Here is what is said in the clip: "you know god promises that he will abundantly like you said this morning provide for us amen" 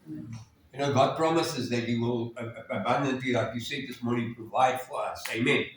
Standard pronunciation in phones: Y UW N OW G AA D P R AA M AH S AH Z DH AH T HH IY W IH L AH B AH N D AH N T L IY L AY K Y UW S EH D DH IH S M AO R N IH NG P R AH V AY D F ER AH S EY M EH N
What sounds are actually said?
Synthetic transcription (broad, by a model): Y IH N OW G AA D P R AA M AH S AH Z DH AH T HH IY W IH L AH B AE N D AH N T IY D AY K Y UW S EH DH IH S M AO R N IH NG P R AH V AY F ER AH S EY M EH N